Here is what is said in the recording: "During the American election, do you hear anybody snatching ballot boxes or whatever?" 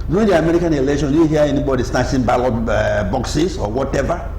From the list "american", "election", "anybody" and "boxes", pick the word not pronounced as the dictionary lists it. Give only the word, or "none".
boxes